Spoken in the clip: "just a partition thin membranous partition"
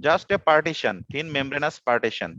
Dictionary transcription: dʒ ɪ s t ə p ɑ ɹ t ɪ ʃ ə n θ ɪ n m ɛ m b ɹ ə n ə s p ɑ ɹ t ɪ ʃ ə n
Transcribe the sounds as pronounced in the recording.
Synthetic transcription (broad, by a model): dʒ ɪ s t ə p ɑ ɹ t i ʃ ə n t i n m ɛ m b ɹ ə n ə s p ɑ ɹ t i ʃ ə n